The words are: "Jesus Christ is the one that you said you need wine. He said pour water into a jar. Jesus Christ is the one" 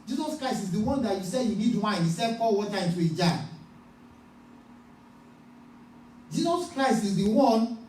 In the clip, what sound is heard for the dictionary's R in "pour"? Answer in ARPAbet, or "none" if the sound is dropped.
L